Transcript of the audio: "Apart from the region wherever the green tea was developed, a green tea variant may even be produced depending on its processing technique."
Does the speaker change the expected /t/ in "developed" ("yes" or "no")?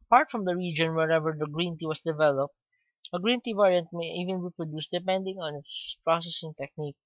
no